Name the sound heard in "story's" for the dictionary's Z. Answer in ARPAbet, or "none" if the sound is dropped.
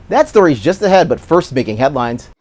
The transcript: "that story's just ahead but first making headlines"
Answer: Z